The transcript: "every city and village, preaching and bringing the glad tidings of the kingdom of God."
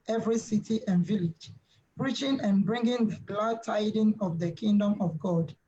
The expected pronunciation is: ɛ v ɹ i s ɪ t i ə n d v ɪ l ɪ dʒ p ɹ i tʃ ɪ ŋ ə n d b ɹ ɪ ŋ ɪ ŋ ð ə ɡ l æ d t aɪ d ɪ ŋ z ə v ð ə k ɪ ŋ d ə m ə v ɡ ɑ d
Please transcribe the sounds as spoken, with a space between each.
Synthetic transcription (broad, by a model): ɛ v ɹ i s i t i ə n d v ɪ l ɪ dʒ p ɹ i tʃ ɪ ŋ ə n b ɹ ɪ ŋ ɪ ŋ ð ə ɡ l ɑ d t aɪ d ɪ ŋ ə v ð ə k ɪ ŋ d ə m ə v ɡ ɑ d